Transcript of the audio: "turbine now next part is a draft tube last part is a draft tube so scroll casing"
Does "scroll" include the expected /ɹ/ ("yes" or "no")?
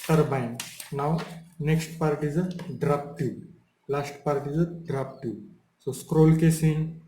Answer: yes